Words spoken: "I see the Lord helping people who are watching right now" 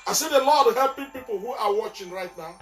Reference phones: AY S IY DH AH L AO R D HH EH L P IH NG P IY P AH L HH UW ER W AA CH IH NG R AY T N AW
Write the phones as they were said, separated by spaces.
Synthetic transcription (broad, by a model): AY S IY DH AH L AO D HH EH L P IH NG P IY P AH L HH UW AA W AA CH IH NG R AY T N AW